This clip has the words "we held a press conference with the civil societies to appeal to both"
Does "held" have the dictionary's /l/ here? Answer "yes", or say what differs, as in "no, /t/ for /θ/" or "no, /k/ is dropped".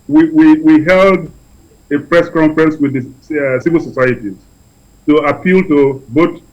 yes